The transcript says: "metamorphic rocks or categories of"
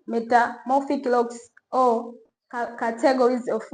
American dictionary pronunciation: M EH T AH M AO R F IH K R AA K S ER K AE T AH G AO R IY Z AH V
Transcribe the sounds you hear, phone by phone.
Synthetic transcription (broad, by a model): M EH T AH M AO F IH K L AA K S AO K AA T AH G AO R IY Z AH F